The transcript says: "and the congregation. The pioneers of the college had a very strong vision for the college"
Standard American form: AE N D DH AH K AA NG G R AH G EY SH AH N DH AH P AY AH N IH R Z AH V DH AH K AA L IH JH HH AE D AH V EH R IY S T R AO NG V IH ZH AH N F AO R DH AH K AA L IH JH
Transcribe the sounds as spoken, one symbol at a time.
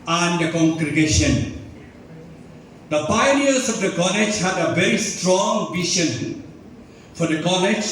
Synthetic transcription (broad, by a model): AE N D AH K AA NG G R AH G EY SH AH N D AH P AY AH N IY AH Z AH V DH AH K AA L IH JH HH AE D AH V EH R IY S T R AO NG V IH SH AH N F AO R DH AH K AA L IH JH